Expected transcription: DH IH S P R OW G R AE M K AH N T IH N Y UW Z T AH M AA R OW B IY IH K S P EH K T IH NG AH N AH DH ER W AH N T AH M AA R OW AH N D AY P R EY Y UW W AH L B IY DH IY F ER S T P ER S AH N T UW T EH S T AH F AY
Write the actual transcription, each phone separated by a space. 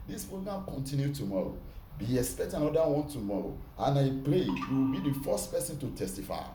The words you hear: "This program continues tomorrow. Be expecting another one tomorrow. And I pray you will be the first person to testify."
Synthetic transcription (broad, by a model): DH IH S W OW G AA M K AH N T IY N Y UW T AH M AA R OW B IY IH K S P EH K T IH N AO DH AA W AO N T AH M AA R OW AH N AY P L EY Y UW W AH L B IY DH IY F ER S T P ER S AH N T UW T EH S T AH F AY